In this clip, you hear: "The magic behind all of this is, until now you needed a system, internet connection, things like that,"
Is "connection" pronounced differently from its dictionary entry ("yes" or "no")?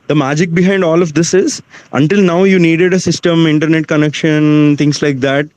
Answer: no